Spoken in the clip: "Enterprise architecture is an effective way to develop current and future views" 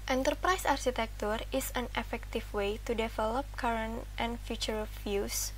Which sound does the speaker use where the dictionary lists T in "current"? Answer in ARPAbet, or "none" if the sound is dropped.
T